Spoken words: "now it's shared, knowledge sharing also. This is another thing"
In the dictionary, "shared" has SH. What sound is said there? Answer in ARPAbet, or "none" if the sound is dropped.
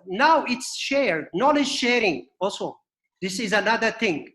SH